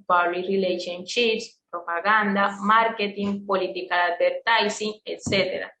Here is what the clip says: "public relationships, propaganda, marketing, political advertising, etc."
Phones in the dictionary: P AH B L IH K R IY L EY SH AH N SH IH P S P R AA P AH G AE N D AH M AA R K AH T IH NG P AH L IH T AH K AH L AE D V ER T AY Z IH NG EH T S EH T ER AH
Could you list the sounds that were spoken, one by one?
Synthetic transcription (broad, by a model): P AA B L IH R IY L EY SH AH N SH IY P S P R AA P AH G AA N D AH M AA R K AH T IH NG P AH L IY T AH K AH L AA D B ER T AY S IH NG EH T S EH T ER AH